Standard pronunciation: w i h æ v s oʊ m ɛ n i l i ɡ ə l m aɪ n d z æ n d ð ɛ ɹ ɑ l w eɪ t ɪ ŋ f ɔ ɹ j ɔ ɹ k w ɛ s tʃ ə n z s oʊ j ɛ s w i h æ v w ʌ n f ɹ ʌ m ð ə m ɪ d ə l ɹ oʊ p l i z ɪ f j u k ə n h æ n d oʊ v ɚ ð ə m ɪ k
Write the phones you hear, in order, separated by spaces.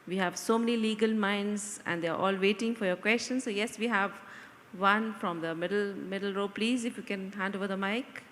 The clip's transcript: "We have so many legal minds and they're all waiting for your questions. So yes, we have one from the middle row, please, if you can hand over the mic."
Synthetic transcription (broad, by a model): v i h æ v s oʊ m ɛ n i l i ɡ ə l m aɪ n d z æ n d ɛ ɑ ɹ ɑ l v eɪ t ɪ ŋ f ɔ ɹ j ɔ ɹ k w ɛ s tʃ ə n s oʊ j ɛ s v i h æ v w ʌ n f ɹ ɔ m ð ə m ɪ d ə l ɹ oʊ p l i z ɪ f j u k ə n h æ n d oʊ v ɚ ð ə m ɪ k